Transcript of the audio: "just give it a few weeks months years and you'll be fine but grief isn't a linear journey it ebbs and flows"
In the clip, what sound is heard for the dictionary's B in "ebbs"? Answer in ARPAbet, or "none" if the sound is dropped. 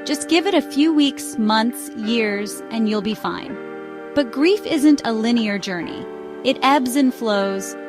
B